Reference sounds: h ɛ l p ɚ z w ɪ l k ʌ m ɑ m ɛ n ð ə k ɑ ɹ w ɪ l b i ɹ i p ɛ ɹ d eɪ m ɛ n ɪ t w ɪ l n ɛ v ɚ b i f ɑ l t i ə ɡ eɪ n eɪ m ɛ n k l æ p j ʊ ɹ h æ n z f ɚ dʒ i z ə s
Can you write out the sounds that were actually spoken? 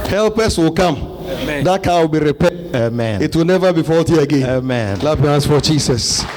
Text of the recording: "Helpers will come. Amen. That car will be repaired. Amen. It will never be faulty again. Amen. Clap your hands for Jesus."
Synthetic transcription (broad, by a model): h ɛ l p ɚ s w ɪ l k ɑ m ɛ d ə k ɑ w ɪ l b i ɹ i p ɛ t eɪ m ɛ n ɪ t w ɪ l n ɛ v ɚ b i f ɑ l t i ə ɡ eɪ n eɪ m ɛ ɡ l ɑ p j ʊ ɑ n s f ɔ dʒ i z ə s